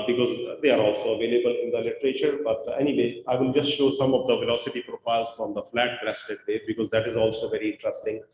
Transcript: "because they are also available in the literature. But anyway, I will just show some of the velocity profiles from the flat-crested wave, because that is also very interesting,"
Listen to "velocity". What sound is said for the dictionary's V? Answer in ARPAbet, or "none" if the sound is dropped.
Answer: V